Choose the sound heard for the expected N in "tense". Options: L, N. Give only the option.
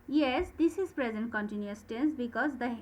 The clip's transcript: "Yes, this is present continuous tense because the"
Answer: N